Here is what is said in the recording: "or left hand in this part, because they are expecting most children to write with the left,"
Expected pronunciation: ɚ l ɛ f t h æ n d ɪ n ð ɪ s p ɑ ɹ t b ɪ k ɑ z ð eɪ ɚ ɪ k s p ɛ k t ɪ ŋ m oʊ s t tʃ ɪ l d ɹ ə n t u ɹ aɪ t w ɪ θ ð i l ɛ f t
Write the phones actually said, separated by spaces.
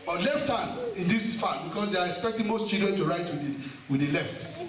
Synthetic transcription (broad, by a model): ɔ l ɛ f t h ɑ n ɪ n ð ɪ s f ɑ b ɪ k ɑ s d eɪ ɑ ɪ k s p ɛ k t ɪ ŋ m oʊ s t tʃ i l d ɹ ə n t u ɹ aɪ t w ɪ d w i l ɛ f t